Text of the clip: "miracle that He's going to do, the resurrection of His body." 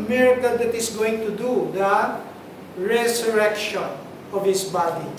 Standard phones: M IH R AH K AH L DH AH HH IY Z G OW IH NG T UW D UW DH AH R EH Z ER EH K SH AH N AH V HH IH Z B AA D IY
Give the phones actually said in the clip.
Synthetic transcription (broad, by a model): M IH R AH K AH L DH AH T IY S G OW IH NG T UW D UW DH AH R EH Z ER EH K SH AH N AH V HH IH S B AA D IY